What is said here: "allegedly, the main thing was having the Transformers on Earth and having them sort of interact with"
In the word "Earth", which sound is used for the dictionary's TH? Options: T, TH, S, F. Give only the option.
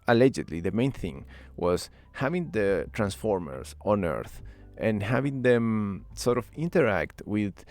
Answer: TH